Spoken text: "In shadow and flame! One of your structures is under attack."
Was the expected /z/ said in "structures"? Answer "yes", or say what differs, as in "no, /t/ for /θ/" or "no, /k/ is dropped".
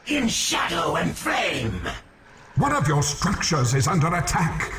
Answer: yes